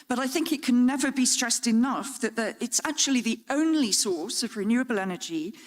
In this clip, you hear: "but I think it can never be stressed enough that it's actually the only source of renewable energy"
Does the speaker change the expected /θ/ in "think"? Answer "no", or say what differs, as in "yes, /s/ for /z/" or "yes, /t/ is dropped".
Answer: no